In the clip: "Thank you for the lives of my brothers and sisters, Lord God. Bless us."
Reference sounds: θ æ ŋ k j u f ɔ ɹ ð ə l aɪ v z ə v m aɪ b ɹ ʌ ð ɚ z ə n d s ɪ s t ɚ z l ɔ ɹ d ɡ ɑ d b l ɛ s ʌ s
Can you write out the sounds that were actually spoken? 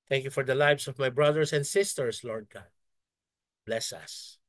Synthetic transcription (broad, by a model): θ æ ŋ k j u f ɔ ɹ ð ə l aɪ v s ə v m aɪ b ɹ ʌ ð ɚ s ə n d s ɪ s t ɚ s l ɔ ɹ d ɡ ɑ d b l ɛ s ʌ s